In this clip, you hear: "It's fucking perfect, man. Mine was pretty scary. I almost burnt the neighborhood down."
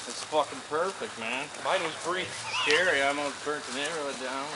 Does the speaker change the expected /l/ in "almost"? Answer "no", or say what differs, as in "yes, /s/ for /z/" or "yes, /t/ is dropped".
yes, /l/ is dropped